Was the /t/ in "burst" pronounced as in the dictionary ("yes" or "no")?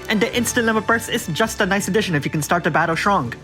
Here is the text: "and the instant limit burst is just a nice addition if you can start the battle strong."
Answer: no